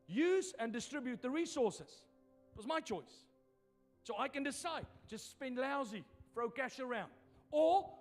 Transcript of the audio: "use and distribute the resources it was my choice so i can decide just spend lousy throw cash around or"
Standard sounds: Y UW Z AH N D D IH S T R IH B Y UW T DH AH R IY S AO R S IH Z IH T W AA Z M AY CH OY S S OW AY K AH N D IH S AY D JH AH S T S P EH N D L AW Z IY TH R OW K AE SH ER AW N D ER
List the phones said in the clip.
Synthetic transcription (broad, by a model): Y UW Z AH N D D IH S T R IH B Y UW T DH AH R IY S AO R S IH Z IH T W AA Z M AY CH OY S S OW AY K AH N D IH S AY D JH AH S T S P EH N D L AW Z IY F R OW K AE SH ER AW N D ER